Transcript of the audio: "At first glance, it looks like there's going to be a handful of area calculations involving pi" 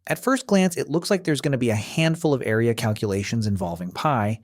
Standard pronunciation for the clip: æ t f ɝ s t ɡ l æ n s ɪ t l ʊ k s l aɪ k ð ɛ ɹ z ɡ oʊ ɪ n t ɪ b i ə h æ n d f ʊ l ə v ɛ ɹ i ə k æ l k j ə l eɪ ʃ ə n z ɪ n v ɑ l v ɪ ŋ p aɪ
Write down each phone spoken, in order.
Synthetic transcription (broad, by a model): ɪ t f ɝ s t ɡ l æ n s ɪ t l ʊ k s l aɪ k ð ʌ ɹ z ɡ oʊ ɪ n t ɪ b i ə h æ n d f ʊ l ə v ɛ ɹ i ə k æ l k j ə l eɪ ʃ ə n z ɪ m v ɑ l v ɪ ŋ p aɪ